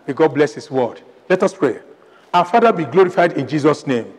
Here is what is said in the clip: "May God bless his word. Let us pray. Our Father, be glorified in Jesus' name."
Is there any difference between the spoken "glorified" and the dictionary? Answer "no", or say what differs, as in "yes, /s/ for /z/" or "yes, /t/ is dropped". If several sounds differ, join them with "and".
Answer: no